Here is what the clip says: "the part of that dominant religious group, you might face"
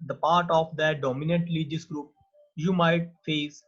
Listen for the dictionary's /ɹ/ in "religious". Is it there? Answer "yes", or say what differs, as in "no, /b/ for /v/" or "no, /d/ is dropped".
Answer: no, /l/ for /ɹ/